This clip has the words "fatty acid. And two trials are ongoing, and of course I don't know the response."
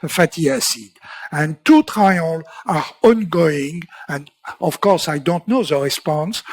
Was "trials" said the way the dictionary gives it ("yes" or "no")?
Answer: no